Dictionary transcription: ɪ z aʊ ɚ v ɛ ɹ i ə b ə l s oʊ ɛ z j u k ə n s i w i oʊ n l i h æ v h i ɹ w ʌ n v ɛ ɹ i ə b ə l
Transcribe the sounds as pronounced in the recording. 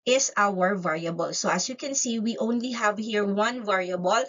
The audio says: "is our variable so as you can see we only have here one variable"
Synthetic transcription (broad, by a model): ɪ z aʊ ɚ v ɛ ɹ i ə b ə l s oʊ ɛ s j u k ə n s i w i oʊ n l i h æ v h i ɹ w ʌ n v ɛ ɹ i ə b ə l